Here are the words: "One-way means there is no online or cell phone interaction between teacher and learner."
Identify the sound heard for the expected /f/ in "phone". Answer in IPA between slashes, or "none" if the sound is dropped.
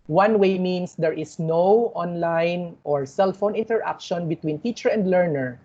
/f/